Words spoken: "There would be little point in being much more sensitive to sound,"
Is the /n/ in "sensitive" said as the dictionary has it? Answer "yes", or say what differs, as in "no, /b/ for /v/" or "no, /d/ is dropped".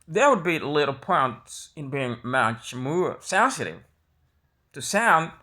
no, /n/ is dropped